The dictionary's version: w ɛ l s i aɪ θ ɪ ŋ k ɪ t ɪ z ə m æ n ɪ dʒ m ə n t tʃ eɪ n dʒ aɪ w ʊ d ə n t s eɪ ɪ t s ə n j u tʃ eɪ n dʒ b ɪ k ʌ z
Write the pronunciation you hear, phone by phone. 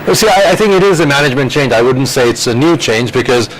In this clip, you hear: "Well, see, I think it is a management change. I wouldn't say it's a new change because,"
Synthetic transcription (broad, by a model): s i aɪ θ ɪ ŋ k ɪ t ɪ z ə m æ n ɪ dʒ m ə n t tʃ eɪ n dʒ aɪ w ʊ d n t s eɪ ɪ t s ə n j u tʃ eɪ n dʒ b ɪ k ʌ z